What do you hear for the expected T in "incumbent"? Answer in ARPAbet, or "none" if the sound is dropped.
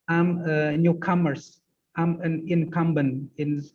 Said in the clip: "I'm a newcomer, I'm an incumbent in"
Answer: none